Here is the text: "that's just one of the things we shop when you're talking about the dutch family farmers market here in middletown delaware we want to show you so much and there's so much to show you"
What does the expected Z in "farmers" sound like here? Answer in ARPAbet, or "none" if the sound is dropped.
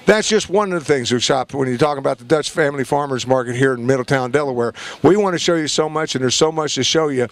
Z